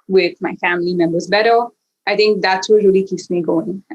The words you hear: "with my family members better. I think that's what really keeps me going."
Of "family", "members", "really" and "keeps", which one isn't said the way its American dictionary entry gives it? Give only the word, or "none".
none